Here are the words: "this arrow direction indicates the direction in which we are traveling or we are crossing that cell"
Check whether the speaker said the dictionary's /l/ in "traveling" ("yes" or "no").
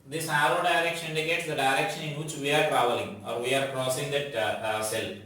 no